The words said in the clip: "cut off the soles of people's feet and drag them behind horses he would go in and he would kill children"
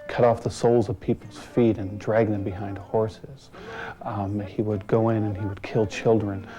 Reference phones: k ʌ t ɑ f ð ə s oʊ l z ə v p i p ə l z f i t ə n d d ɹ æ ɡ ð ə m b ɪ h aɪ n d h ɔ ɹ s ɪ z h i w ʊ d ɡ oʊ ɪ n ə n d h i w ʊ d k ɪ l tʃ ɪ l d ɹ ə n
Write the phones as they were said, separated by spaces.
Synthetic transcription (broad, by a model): k ʌ t ɑ f ð ə s oʊ l z ə v p i p l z f i t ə n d d ɹ æ ɡ ð ə m b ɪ h aɪ n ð h ɔ ɹ s ɪ z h i w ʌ d ɡ oʊ ɪ n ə n i w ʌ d k ɪ l tʃ ɪ l d ɹ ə n